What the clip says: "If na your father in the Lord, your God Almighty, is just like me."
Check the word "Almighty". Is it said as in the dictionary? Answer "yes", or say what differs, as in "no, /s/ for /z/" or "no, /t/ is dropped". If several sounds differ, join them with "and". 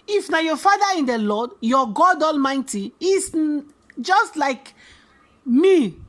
yes